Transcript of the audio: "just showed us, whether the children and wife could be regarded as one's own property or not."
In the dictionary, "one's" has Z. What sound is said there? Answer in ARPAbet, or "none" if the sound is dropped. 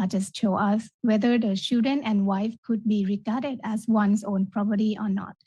S